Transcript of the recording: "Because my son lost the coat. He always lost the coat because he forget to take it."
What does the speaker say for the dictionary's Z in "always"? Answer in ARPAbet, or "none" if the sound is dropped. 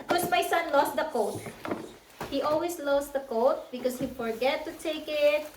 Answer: S